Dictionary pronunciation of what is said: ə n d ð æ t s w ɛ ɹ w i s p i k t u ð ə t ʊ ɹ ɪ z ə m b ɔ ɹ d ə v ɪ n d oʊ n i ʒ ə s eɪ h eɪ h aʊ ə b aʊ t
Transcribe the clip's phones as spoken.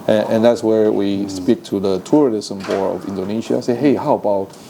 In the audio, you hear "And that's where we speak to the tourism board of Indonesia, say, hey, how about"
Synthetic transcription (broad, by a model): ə n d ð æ t s w ɛ ɹ w i s p i k t u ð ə t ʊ ɹ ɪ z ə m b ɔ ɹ ə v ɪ n d oʊ n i ʃ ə s eɪ h eɪ h aʊ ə b aʊ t